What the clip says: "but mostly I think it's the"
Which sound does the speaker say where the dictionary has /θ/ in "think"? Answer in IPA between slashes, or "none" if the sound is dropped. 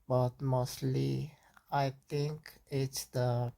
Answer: /t/